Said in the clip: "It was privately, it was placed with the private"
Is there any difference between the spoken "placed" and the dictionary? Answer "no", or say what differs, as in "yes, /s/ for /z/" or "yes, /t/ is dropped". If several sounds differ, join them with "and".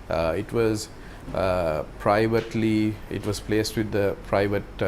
no